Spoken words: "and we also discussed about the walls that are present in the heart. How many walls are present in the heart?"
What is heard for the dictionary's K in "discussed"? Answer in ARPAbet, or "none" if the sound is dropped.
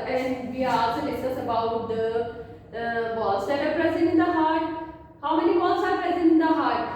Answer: none